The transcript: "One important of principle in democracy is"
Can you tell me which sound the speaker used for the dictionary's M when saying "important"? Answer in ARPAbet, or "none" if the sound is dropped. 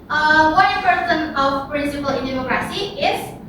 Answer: none